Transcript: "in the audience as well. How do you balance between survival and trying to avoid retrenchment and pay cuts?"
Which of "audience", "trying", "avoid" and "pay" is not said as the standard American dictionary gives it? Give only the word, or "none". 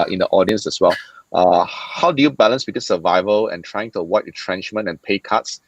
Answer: avoid